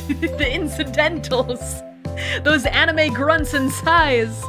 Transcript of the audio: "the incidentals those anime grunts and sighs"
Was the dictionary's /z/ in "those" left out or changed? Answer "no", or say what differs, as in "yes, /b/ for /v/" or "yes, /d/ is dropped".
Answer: no